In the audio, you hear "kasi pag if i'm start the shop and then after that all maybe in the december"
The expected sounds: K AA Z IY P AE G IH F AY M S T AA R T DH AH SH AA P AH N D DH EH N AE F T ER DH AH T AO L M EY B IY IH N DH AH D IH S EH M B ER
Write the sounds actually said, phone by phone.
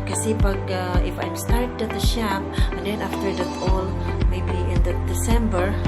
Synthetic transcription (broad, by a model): K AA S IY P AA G IH F AY M S T AA R T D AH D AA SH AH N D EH N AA F T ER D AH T AO L M EY B IY IH N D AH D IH S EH M B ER